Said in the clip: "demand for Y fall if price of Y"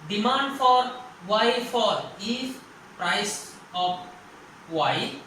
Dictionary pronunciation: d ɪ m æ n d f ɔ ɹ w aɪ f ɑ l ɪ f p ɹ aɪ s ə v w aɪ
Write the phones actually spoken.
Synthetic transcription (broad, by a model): d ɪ m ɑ n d f ɔ ɹ w aɪ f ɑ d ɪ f p ɹ aɪ s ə p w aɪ